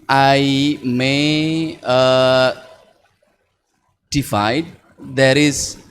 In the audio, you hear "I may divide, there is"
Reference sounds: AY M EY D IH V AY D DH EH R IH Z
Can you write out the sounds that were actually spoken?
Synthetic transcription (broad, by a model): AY M EY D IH F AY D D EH R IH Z